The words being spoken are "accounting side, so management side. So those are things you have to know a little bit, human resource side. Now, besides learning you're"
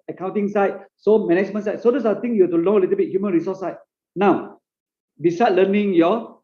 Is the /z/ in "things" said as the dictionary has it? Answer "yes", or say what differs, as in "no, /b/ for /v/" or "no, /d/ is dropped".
no, /z/ is dropped